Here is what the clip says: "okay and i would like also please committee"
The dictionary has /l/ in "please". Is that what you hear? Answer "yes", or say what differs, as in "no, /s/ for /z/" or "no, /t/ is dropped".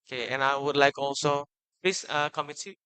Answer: no, /l/ is dropped